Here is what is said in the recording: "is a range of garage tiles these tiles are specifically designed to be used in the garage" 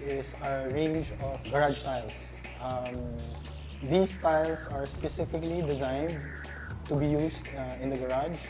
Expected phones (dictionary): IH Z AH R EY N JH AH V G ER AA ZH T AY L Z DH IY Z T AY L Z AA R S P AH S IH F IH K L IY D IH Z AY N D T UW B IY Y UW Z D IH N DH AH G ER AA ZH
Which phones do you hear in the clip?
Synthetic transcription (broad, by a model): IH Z AH R EY N JH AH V G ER AA S T AY L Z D IY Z T AY L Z AA R S P AH S IH F IH K L IY D IH Z AY N D T UW B IY Y UW Z D IH N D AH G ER AA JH